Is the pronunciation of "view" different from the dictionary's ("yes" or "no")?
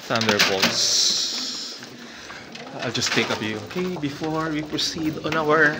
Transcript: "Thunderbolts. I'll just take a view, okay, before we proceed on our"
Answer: yes